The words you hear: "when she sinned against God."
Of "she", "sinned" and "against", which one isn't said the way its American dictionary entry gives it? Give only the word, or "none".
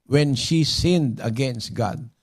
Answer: none